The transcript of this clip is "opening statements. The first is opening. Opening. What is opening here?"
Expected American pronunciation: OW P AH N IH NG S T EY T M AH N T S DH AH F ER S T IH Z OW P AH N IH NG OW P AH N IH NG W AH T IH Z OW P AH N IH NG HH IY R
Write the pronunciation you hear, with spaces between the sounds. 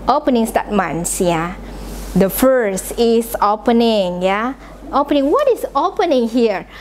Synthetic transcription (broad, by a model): OW P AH N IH NG S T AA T M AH N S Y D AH F ER S T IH S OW P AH N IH NG OW P AH N IH NG W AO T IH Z OW P AH N IH NG HH IY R